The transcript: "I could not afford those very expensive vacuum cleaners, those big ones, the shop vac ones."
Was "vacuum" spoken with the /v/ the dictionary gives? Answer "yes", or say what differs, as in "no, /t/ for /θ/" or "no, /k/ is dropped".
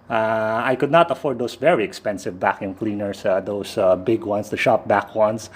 yes